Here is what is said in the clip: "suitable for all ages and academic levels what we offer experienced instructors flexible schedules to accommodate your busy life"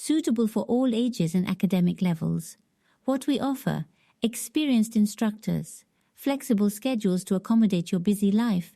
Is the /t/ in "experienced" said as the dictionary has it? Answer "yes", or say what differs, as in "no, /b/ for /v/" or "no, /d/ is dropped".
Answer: yes